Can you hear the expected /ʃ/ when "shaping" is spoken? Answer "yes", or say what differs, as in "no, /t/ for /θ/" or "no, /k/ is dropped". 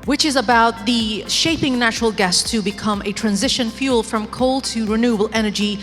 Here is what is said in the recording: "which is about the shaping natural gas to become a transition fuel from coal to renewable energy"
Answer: yes